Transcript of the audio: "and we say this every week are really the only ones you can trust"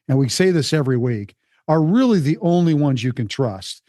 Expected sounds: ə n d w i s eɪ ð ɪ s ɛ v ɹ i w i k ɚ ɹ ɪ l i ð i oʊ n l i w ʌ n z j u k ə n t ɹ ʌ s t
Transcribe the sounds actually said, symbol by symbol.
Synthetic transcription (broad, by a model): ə n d w i s eɪ ð ɪ s ɛ v ɹ i w i k ɚ ɹ ɪ l i ð i oʊ n l i w ʌ n z j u k ə n t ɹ ʌ s t